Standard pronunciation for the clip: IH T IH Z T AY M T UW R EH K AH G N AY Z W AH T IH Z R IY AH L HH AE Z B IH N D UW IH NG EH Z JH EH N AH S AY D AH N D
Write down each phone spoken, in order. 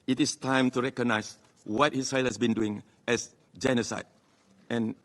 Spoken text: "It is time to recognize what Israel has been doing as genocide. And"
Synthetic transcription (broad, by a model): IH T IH S T AY M T UW R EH K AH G N AY S W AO T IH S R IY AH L HH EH S B IH N D UW IH NG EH S JH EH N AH S AY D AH N